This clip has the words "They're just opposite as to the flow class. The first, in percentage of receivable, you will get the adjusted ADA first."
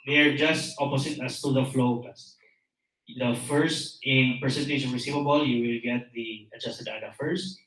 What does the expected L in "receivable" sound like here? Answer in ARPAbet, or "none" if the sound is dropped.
L